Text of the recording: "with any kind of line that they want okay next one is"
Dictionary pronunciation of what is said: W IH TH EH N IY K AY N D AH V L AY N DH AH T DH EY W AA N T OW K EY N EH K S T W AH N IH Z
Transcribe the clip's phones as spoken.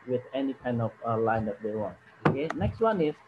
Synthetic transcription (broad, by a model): W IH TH EH N IY K AY N D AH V L AY N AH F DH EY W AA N OW K EY N EH K S T W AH N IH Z